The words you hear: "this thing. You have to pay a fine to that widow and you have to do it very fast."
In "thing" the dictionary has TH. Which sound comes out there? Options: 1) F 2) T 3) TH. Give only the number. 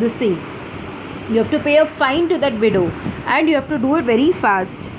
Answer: 2